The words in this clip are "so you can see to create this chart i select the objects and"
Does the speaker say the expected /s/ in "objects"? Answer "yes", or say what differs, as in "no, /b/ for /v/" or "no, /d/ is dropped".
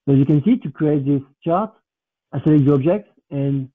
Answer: no, /s/ is dropped